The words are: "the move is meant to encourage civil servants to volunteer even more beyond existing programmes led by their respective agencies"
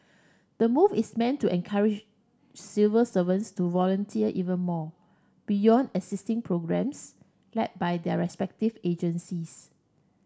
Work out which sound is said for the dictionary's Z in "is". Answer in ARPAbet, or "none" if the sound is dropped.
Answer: S